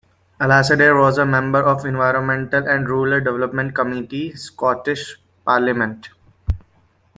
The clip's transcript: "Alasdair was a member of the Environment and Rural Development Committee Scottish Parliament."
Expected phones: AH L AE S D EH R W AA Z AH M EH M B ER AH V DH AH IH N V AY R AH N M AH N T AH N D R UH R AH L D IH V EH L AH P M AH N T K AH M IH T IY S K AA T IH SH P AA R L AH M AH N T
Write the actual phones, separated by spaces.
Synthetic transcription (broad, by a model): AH L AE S D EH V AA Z AH M EH M B ER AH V IH N V AY R AH N M AH N T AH N D R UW L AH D D IH V EH L AH P M AH N T K AH M IH T IY S K AA T IH SH P AA R L AH M AH N T